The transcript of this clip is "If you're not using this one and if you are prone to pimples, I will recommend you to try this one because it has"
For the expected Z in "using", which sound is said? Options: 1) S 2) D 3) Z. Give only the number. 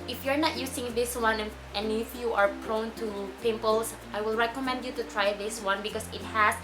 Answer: 1